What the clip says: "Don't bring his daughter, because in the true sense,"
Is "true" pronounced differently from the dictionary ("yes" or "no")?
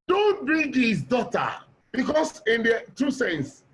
yes